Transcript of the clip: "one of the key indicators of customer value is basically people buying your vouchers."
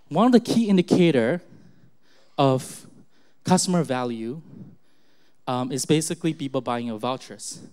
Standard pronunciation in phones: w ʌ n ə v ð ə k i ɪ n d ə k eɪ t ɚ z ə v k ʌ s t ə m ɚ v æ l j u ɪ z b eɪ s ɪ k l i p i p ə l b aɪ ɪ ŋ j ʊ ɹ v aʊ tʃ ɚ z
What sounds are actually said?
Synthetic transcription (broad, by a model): w ʌ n ə v ð ə k i ɪ n d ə k eɪ t ɚ ə v k ʌ s t ə m ɚ v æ l j u ɪ z b eɪ s ɪ k l i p i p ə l b aɪ ɪ ŋ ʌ v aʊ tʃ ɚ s